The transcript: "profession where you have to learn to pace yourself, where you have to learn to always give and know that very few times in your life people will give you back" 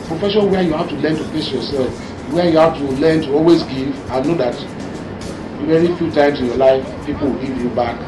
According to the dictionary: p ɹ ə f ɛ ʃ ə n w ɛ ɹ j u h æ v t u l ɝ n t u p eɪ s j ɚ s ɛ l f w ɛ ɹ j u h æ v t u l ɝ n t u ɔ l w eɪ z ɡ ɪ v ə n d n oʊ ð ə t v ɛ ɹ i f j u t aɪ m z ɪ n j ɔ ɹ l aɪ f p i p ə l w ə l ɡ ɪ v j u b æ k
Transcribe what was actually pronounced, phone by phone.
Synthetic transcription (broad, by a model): p ɹ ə f ɛ ʃ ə n w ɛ j u h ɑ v t u l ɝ n t u f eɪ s j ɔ s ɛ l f w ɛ j u h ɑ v t u l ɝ n t u ɔ l w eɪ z ɡ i v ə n n oʊ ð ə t v ɛ ɹ i f j u t aɪ m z ɪ n j ɔ l aɪ f p i p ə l w ə l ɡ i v j u b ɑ k